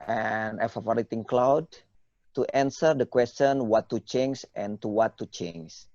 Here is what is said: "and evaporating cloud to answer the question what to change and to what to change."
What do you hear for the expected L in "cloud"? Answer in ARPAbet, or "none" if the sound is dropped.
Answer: L